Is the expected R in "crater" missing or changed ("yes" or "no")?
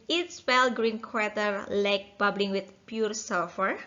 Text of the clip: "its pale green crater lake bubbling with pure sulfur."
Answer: yes